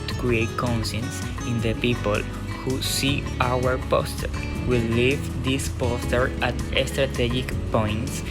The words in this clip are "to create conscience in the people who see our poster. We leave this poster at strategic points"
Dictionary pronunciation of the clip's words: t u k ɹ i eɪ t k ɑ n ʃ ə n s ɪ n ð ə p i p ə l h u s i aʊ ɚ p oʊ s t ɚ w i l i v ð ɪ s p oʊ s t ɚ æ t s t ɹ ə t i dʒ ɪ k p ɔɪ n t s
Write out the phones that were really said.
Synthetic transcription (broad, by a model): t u k ɹ i eɪ t k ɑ n s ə n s ɪ n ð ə p i p ə l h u s i aʊ ɚ p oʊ s t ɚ w i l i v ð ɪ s p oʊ s t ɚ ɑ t s t ɹ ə t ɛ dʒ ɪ k p ɔɪ n t s